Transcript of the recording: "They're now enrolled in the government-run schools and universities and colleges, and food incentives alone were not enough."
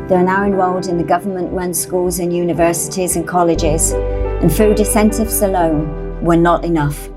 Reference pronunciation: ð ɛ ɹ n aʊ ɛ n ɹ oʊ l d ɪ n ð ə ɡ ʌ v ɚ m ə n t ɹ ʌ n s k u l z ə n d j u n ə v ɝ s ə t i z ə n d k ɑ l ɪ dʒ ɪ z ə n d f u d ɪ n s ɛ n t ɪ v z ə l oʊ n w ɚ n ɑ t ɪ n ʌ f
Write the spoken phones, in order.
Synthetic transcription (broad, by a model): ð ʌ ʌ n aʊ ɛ n w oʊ l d ɪ n ð ə ɡ ʌ v ɚ m ə n t ɹ ʌ n s k u l z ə n j u n ə v ɝ s ə t i z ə n k ɑ l ɪ dʒ ɪ z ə n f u d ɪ s ɛ n t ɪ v s ə l oʊ n w ɚ n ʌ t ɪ n ʌ f